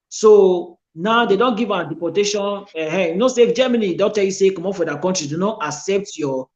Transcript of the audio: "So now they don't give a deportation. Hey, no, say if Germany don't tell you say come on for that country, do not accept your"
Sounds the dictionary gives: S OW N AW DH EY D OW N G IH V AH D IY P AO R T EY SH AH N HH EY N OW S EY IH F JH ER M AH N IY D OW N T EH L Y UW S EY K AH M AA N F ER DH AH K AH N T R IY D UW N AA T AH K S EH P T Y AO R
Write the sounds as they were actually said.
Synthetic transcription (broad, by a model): S OW N AW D EY D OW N G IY V AH D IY P AO T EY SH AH N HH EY N OW S EY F JH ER M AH N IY D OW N T EH L Y UW S EY K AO M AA F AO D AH K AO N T R IY D UW N AA T AH K S EH P T Y AO